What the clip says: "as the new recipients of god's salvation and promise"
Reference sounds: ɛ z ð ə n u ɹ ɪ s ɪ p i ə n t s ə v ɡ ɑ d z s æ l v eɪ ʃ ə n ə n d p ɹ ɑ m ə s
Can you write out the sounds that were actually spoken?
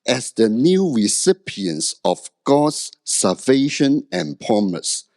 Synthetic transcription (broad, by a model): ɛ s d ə n u ɹ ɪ s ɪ p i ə n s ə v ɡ ɑ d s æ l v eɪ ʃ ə n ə n p ɹ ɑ m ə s